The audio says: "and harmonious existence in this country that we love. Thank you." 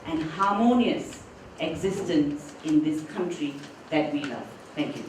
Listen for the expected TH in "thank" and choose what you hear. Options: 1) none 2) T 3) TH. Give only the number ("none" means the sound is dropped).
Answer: 2